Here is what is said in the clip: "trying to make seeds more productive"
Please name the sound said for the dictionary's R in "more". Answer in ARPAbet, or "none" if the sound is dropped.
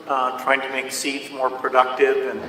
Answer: R